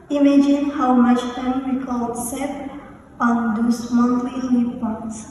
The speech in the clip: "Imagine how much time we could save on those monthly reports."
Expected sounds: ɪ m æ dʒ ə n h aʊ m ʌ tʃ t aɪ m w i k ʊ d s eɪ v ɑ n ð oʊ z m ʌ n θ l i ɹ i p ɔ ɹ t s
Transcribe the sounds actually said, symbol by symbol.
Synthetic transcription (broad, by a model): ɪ m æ dʒ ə n h aʊ m ʌ tʃ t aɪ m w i k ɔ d s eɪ p ɑ n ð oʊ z m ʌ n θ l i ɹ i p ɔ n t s